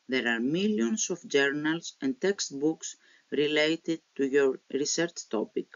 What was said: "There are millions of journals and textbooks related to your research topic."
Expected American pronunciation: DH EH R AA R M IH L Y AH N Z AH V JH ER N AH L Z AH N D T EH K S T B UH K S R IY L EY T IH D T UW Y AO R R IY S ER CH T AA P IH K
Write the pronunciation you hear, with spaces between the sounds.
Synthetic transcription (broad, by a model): DH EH R AA R M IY L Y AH N S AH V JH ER N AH L S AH N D T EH K S T B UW K S R IY L EY T IH D T UW Y AO R R IY S ER CH T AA P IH K